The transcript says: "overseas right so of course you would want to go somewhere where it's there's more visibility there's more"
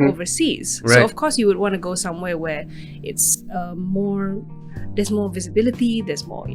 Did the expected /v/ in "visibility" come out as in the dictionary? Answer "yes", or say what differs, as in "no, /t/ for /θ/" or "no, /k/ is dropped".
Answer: yes